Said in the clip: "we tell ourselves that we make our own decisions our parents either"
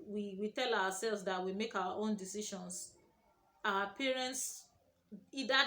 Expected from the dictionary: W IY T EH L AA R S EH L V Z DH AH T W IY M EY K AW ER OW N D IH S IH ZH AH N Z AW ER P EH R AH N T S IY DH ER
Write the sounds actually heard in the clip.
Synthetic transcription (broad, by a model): W IY T EH L AA W S EH L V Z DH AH T W IY M EY K AW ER OW N D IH S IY SH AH N S AW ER P EH R AH N T S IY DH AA